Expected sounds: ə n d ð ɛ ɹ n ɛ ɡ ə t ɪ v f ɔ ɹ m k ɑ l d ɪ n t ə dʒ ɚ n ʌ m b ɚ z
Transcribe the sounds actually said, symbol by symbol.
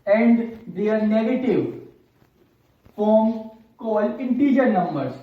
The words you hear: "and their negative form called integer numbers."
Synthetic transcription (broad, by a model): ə n d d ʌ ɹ n ɛ ɡ ə t ɪ v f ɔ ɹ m k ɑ l ɪ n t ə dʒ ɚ n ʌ m b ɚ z